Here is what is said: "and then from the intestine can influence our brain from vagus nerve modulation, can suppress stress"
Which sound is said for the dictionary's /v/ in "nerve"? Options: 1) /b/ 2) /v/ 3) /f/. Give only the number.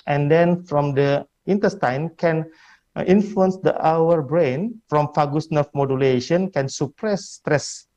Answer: 3